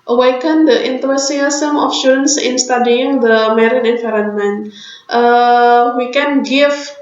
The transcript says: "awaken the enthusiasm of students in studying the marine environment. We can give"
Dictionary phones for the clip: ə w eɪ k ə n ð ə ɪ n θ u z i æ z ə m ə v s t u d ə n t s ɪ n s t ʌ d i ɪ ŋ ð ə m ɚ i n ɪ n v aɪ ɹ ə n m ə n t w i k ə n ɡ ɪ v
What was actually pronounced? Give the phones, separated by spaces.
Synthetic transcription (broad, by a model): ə w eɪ k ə n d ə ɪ n t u s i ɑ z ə m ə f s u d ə n s ɪ n s t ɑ d i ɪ ŋ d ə m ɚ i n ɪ n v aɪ ɹ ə n m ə n t w i k ə n ɡ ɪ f